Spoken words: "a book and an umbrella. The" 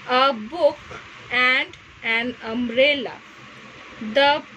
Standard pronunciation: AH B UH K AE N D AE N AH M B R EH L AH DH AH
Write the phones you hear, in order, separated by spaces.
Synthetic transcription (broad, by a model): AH B UH K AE N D AE N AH M R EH L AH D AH